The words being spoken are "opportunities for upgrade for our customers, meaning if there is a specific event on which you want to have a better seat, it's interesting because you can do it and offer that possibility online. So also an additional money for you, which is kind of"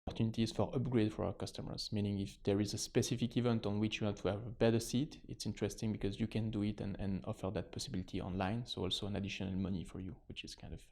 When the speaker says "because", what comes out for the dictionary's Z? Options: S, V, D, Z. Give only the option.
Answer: Z